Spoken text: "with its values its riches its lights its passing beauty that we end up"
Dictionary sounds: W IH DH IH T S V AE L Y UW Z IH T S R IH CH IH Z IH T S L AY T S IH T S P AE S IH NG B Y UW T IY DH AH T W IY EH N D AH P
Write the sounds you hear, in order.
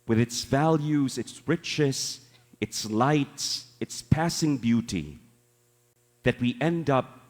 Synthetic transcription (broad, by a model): W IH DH IH T S V AE L Y UW Z IH T S R IH CH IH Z IH T S L AY T S IH T S P AE S IH NG B Y UW T IY DH AH T W IY EH N D AH P